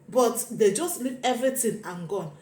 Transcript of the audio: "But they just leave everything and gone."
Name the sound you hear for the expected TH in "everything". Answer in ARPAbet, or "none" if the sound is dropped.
T